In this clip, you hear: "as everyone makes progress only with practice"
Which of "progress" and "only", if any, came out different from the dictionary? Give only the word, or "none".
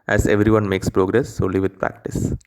only